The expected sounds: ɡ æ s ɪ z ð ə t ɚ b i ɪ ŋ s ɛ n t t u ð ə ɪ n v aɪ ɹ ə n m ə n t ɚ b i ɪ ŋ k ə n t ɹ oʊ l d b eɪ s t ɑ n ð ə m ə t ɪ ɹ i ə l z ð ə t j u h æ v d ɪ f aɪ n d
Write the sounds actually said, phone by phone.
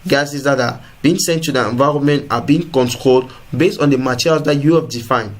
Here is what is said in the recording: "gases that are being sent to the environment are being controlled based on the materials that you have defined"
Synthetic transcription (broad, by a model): ɡ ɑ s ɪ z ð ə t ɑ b i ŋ s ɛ n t t u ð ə ɪ n v aɪ ɹ ə n m ə n t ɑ b i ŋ k ə n t ɹ oʊ l d b eɪ s t ɑ n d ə m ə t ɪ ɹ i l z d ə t j u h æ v d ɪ f aɪ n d